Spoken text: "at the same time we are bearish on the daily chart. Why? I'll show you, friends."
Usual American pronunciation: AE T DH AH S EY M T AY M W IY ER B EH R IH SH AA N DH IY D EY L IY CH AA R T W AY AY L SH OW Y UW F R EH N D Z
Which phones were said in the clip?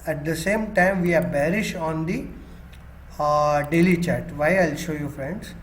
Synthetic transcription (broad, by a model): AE T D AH S EY M T AY M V IY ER B EH R IH SH AA N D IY D EY L IY CH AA R T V AY AY L SH OW Y UW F R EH N D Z